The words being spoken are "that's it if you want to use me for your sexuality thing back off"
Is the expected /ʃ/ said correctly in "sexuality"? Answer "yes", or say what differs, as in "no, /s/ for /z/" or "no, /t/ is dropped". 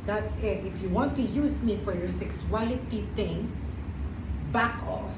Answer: no, /s/ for /ʃ/